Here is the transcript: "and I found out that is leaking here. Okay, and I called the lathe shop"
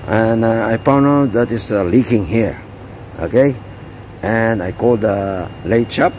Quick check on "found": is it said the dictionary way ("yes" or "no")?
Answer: no